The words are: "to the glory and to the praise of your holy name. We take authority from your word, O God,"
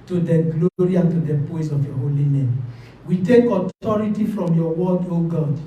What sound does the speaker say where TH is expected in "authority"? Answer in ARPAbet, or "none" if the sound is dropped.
T